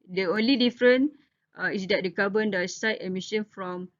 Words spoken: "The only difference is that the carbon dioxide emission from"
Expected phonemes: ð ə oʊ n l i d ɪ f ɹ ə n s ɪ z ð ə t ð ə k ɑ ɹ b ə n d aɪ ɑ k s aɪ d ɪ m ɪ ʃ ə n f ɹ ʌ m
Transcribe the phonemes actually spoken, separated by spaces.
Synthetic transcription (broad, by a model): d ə oʊ n l i d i f ɹ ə n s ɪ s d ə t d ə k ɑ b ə n d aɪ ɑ s aɪ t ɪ m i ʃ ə n f ɹ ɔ m